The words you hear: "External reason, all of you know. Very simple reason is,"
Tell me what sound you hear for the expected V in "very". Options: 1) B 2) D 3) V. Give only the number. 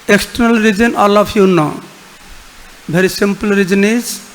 1